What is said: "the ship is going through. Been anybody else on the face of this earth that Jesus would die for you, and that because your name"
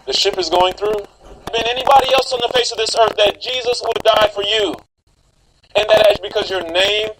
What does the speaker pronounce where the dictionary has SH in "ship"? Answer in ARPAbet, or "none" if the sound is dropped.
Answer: SH